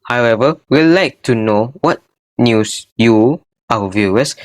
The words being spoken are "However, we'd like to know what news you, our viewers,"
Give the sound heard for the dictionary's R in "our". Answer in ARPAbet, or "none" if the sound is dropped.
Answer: W